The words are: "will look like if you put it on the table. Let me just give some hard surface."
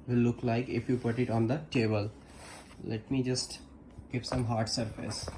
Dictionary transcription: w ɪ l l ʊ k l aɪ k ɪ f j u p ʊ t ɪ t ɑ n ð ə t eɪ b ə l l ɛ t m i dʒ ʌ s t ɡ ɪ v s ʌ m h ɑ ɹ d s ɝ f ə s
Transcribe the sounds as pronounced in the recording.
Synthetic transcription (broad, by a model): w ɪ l l ʊ k l aɪ k ɪ f j u p ʊ t ɪ t ɑ n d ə t eɪ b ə l l ɛ t m i dʒ ʌ s t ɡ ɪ p s ʌ m h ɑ ɹ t s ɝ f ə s